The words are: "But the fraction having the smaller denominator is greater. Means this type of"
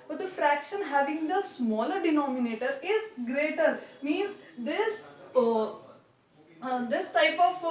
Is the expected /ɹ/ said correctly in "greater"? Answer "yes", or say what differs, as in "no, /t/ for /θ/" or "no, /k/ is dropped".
yes